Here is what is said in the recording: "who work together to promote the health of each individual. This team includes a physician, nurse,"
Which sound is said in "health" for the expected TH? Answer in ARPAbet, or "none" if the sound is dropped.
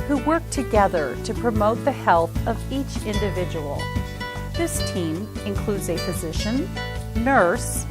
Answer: TH